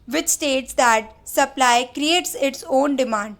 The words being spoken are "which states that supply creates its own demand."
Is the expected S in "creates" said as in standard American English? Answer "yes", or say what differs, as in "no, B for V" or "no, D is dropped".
yes